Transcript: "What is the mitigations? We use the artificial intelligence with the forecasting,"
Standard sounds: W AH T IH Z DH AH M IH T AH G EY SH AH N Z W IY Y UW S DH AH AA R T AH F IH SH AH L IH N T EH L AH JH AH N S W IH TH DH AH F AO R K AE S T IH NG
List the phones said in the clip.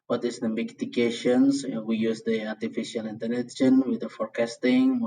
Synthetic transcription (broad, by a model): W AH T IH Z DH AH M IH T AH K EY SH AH N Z W IY Y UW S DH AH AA R T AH F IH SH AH L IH N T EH N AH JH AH N W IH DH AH F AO R K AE S T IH NG